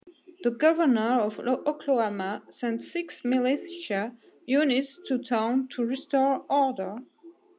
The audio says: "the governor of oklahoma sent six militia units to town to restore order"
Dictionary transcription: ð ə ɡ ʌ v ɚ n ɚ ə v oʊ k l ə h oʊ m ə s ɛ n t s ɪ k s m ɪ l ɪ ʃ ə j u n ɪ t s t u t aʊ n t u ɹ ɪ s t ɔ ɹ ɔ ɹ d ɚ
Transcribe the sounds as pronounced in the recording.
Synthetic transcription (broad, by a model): ð ə ɡ ʌ v ɚ n ɚ ə v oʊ k l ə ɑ m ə s ɛ n t s ɪ k s m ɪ l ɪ s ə j u n ɪ t s t u t aʊ n t u ɹ ɪ s t ɔ ɹ ɔ ɹ d ɚ